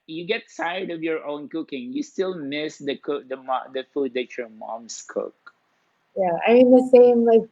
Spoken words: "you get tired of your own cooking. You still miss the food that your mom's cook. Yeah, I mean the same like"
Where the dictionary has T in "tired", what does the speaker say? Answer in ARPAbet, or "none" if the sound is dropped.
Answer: S